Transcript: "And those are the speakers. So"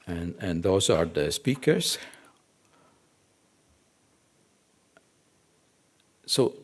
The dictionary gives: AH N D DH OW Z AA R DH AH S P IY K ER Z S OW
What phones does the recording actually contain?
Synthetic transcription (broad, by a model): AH N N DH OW S AA R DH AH S P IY K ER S S OW